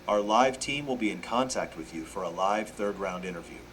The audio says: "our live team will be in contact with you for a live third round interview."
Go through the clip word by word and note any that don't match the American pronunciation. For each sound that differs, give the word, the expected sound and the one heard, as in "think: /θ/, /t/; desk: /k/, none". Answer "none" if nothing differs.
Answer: none